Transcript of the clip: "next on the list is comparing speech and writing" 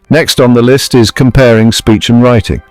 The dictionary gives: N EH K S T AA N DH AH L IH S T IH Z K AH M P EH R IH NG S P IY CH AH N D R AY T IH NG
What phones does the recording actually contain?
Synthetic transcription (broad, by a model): N EH K S T N DH AH L IH S T IH Z K AH M P EH R IH NG S P IY CH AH N R AY T IH NG